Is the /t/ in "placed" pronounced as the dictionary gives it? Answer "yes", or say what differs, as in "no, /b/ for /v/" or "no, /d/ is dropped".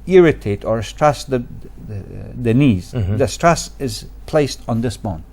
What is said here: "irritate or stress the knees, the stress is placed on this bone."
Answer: yes